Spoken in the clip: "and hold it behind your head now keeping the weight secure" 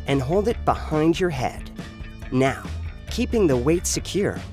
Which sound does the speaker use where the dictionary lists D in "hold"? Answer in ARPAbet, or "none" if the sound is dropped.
D